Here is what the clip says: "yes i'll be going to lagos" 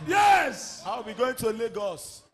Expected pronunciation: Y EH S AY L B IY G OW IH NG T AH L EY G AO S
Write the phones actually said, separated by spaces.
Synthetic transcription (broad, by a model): Y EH S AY W B IY G OW IH NG T AH L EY G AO S